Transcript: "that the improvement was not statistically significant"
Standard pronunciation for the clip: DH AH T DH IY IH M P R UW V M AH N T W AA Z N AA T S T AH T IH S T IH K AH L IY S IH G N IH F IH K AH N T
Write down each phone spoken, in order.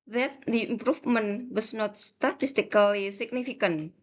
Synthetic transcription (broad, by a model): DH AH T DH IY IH M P R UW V M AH N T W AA S N AA T S T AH T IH S T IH K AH L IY S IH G N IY F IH K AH N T